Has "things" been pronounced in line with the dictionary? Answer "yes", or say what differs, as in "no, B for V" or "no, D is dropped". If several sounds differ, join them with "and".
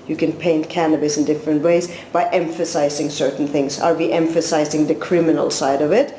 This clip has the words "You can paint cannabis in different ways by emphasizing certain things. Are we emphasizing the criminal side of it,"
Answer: yes